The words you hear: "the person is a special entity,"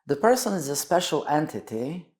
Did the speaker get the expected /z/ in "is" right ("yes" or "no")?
yes